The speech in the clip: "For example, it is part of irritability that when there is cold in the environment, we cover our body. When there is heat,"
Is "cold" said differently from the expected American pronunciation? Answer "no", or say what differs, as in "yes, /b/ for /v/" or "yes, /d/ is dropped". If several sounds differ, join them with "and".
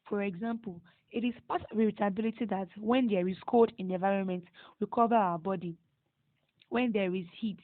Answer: yes, /l/ is dropped